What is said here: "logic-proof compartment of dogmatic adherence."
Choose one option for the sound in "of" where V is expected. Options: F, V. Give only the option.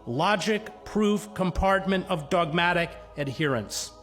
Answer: V